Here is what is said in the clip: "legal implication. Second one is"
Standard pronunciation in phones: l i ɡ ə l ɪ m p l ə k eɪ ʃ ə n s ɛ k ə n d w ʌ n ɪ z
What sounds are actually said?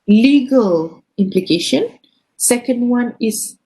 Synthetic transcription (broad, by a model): l i ɡ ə l ɪ m p l ə k eɪ ʃ ə n s ɛ k ə n d w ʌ n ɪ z